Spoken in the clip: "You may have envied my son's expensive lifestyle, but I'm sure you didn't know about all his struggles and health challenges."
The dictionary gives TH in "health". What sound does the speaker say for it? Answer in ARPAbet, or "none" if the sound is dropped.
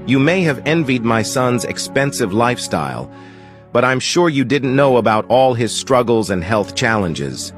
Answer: TH